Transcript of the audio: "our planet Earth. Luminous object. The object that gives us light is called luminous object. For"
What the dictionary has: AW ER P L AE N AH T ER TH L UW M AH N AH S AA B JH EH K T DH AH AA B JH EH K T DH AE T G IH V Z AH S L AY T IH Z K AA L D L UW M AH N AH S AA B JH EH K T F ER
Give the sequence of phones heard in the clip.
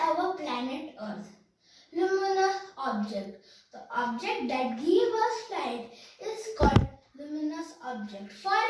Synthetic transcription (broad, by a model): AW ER P L AE N AH T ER T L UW M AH N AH S AA B JH EH K T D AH AA B JH EH K T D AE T G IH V AH S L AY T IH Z K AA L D L UW M AH N AH S AA B JH EH K T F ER